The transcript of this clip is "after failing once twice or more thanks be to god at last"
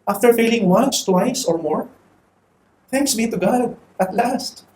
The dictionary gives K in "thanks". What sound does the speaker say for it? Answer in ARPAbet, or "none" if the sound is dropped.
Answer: K